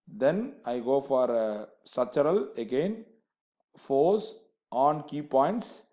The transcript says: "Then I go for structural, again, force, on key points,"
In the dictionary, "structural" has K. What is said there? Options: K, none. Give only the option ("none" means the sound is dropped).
none